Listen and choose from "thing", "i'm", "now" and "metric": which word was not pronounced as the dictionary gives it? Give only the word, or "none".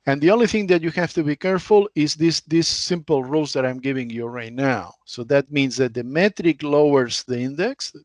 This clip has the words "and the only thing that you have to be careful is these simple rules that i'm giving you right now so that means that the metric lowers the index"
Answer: none